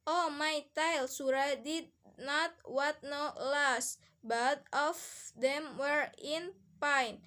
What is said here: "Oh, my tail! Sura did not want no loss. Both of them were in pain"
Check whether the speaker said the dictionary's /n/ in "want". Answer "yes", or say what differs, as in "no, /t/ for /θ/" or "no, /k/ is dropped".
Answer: no, /n/ is dropped